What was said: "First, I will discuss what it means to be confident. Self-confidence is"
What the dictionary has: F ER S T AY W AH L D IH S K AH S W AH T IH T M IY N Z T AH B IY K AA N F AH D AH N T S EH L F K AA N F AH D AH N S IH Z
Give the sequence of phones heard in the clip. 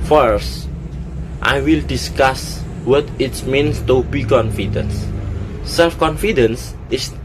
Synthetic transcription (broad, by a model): F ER S T AY W AH L D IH S K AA S W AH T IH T M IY N S T AH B IY K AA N F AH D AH N S EH L F K AA N F AH D AH N S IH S